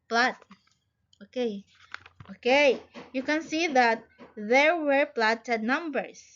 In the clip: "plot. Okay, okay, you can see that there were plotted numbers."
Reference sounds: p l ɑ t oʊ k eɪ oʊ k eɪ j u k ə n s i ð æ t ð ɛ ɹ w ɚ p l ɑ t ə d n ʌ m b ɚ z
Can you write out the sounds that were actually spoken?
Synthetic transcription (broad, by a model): p l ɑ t oʊ k eɪ oʊ k eɪ j u k ə n s i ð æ t ð ɛ ɹ w ɚ p l ɑ t ə d n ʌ m b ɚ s